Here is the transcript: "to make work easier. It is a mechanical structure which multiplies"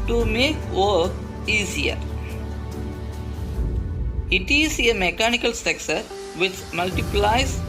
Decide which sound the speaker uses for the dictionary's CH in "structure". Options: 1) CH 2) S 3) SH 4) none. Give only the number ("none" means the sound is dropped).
2